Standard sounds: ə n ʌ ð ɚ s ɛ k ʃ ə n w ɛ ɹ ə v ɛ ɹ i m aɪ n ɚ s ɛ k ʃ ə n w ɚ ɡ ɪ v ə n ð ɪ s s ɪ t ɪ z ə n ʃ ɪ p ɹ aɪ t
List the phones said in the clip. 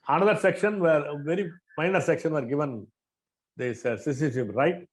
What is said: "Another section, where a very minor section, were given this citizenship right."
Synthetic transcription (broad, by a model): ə n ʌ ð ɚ s ɛ k ʃ ə n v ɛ ɹ v ɛ ɹ i m aɪ n ɚ s ɛ k ʃ ə n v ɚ ɡ ɪ v ə n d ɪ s s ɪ s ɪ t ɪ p ɹ aɪ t